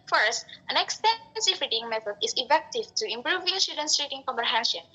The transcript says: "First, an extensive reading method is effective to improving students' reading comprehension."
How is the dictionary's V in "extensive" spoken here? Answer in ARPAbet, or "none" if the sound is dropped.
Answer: F